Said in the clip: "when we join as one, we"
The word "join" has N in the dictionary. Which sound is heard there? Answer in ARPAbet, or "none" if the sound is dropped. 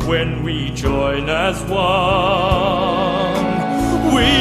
N